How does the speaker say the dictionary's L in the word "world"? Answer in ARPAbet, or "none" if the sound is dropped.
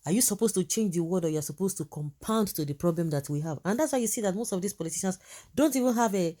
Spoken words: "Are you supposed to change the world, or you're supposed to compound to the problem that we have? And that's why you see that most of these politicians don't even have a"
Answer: none